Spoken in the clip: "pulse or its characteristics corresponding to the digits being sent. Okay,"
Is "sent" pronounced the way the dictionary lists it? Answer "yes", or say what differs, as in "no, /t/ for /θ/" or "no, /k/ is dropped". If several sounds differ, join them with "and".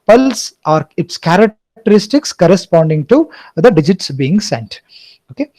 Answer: yes